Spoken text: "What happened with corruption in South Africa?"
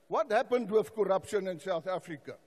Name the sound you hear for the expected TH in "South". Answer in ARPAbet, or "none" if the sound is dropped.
TH